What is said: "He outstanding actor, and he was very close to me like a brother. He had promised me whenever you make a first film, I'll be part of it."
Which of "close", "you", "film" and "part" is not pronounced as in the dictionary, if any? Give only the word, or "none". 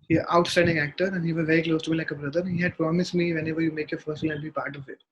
film